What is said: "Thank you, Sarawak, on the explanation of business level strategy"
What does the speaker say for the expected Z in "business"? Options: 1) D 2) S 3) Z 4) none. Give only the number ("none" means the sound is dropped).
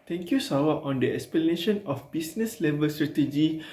2